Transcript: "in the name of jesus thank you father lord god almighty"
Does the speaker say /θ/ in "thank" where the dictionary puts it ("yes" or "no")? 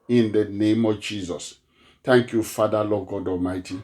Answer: no